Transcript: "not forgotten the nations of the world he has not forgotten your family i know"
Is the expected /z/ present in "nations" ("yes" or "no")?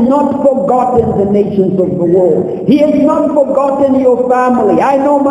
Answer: yes